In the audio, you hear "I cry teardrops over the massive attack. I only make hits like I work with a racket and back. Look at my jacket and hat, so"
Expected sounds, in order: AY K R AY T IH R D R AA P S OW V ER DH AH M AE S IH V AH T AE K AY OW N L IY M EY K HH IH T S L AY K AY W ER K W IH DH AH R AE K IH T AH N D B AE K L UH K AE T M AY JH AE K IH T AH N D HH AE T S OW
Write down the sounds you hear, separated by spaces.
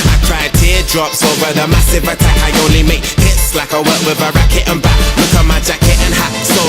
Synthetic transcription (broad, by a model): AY K R AY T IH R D R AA P S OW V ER DH AH M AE S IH V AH T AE K AY OW N L IY M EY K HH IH T S L AY K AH W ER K W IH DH AH R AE K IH T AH N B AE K W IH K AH M AY JH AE K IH T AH N HH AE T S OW